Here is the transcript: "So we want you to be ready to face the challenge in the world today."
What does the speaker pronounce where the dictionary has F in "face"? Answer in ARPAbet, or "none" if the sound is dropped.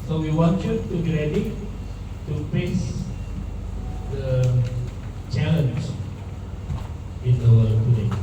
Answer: P